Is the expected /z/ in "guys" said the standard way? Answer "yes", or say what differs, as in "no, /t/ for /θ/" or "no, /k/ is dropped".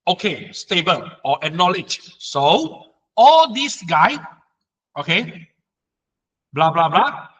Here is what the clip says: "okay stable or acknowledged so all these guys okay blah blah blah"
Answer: no, /z/ is dropped